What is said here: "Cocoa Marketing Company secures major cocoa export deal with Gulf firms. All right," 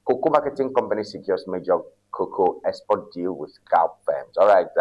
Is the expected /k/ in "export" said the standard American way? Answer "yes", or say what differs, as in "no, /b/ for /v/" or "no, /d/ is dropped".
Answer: no, /k/ is dropped